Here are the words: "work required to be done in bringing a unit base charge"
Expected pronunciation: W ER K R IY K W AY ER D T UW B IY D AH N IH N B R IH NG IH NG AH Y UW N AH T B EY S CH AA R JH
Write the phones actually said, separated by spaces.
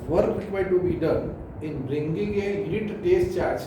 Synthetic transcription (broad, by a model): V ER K R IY K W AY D T UW B IY D AH N IH N B R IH NG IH NG AH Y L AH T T EY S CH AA R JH